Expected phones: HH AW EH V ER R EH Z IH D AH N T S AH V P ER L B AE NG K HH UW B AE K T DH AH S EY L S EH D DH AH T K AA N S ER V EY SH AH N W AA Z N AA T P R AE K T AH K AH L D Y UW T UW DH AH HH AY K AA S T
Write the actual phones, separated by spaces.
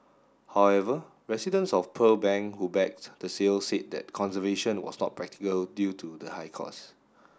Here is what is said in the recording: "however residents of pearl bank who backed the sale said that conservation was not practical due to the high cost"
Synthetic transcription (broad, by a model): HH AW EH V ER R EH S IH D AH N S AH F P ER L B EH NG HH UW B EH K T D AH S EY L S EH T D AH T K AA N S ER V EY SH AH N W AA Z N AA T P R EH K T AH K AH L D Y UW T UW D AH HH AY K AA S